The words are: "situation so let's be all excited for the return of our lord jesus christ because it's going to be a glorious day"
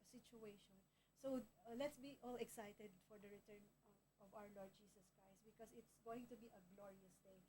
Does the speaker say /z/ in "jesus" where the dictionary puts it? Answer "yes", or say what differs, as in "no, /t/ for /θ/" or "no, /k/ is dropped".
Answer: no, /s/ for /z/